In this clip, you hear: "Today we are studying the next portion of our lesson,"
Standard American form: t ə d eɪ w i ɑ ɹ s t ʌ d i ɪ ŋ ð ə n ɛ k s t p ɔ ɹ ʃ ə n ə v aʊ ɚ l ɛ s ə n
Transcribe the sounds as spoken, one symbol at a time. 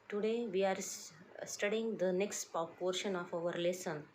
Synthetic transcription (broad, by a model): t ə d eɪ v i ɑ ɹ s t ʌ d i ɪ ŋ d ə n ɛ k s t p ɔ ɹ ʃ ə n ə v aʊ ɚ l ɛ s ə n